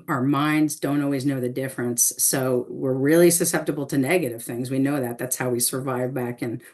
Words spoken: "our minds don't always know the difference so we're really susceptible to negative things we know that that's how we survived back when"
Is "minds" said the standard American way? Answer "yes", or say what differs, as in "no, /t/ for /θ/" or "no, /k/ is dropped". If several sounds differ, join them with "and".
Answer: yes